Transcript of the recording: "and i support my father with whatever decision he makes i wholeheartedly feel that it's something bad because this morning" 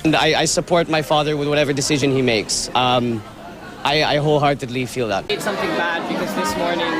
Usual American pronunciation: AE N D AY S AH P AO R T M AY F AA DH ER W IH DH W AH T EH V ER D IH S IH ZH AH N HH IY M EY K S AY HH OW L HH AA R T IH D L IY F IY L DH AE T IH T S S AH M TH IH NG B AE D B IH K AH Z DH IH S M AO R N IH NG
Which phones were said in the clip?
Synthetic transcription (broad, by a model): N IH AY S AH P AO R T M AY F AA DH ER W IH DH W AH T EH V ER D IH S IH ZH AH N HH IY M EY K S AY HH OW L HH AA R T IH L IY F IY L DH AE T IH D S S AH M TH IH NG B AE D B IH K AH Z DH IH S M AO R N IH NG